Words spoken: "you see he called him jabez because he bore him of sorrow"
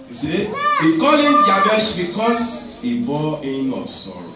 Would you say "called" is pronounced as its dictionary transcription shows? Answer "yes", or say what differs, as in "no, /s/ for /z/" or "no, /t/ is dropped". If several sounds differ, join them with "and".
no, /d/ is dropped